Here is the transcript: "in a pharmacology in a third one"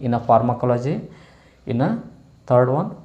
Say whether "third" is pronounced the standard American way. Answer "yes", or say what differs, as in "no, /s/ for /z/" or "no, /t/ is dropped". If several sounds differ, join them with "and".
no, /t/ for /θ/